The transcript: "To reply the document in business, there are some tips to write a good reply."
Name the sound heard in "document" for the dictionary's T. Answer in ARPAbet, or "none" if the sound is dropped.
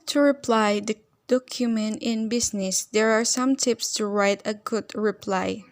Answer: T